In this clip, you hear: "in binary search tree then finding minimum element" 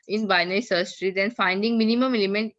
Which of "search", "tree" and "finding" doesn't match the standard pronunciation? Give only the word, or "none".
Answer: search